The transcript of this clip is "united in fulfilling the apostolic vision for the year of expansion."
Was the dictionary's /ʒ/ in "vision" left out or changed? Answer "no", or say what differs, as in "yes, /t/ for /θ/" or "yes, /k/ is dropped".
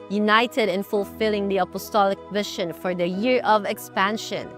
yes, /ʃ/ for /ʒ/